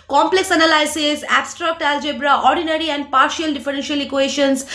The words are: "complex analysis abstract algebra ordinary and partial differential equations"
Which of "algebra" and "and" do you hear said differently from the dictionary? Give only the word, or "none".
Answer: none